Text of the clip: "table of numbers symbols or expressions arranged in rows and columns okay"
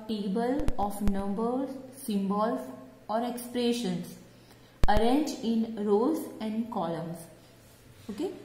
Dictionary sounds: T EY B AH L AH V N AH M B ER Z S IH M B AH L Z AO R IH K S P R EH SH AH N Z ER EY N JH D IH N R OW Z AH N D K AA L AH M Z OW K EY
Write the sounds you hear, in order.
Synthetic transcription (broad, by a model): T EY B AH L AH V N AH M B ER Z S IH M B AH L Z AO R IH K S P R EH SH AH N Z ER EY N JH IH N R OW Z AH N D K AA L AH M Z OW K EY